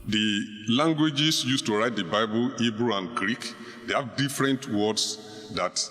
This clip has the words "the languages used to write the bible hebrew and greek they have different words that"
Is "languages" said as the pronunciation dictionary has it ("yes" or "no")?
no